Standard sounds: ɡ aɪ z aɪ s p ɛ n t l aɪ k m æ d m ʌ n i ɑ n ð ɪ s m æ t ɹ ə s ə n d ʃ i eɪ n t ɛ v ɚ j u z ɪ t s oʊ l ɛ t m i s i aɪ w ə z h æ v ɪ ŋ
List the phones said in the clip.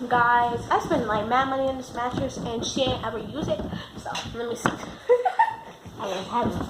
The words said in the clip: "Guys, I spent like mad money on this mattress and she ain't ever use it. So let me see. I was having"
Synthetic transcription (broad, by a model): ɡ aɪ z aɪ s b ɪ n l aɪ k m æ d m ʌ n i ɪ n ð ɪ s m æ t ɹ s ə n ʃ i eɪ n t ɛ v ɚ j u z ɪ t s oʊ l ɛ t m i s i aɪ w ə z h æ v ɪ